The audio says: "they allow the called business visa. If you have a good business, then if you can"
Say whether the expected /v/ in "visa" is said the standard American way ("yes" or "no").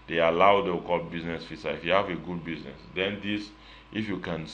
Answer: no